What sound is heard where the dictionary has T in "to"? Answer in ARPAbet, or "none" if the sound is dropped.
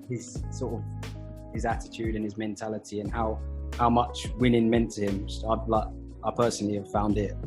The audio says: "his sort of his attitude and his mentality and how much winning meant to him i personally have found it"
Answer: S